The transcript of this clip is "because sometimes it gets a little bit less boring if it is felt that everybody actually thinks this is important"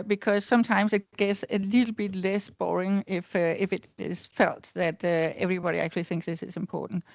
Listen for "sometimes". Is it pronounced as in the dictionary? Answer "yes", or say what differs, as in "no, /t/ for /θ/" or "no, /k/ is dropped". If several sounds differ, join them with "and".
no, /s/ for /z/